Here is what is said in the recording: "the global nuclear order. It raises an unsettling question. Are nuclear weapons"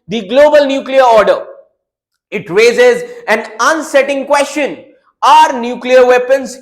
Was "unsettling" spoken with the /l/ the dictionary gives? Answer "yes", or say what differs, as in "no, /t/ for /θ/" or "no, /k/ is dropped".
no, /l/ is dropped